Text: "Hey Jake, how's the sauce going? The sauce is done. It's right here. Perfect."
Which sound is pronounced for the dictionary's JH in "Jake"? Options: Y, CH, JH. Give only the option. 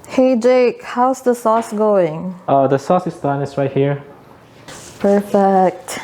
JH